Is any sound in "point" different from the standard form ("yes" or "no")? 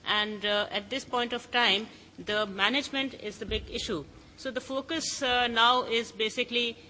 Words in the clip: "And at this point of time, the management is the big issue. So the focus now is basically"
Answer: no